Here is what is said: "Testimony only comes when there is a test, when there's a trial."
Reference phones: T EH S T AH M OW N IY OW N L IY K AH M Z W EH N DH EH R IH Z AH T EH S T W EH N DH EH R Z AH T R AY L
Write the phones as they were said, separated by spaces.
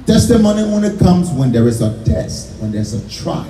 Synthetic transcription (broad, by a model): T EH S T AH M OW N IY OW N IY K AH M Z W EH N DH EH R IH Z AH T EH S T W EH N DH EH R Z AH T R AY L